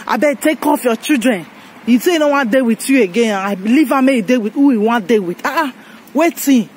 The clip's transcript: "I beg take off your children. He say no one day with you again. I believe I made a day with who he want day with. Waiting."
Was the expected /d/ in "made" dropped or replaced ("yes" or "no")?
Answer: yes